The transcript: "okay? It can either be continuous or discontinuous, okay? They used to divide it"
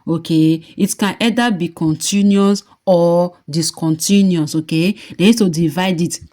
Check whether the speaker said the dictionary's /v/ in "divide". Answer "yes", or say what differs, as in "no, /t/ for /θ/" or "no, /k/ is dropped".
yes